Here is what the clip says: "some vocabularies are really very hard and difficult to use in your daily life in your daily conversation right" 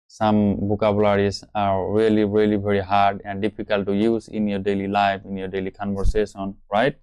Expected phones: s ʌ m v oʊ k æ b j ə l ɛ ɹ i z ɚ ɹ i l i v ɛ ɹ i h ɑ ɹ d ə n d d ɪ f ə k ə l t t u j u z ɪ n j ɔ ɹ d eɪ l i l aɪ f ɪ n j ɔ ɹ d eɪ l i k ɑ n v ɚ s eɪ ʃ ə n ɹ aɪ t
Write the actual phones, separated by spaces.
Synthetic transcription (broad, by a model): s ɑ m b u k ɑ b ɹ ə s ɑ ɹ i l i ɹ i l i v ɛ ɹ i h ɑ ɹ d ə n d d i p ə k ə l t t u j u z ɪ n j ɔ ɹ d eɪ l i l aɪ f ɪ n j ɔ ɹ d eɪ l i k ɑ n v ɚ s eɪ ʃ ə n ɹ aɪ t